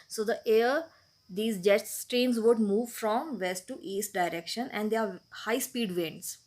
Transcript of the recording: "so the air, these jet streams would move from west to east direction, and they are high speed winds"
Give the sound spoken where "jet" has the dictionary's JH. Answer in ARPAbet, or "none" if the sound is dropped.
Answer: JH